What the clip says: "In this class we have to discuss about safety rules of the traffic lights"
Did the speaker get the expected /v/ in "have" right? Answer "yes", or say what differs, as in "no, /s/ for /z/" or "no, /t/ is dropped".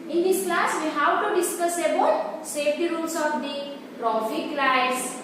no, /w/ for /v/